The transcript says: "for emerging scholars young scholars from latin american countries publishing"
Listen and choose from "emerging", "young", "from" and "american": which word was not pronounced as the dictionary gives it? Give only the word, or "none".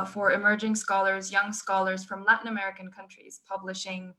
none